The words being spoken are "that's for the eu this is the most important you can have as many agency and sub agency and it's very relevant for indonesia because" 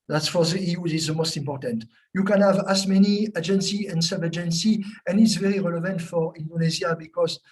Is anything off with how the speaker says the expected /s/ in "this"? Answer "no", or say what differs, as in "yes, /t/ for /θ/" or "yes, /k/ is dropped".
yes, /s/ is dropped